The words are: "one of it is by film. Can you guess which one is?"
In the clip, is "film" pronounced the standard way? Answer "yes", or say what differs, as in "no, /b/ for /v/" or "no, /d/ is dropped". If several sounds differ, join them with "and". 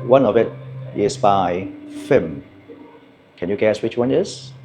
no, /l/ is dropped